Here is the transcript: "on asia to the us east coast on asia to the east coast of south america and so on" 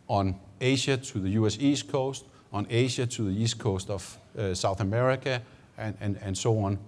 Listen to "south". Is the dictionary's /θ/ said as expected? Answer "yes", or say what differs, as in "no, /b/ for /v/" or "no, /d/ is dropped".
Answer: yes